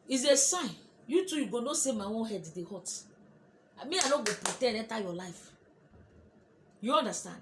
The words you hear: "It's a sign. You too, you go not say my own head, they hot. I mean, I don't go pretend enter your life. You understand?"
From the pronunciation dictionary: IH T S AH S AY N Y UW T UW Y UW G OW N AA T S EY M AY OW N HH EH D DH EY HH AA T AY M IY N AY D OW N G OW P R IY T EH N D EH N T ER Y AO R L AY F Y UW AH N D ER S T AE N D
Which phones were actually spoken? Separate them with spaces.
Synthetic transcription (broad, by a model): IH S AH S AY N Y UW T UW Y UW G OW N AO S EY M AY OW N HH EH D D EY HH AA T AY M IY AY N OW G OW P R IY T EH D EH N T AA Y AO L AY F Y UW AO N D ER S T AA N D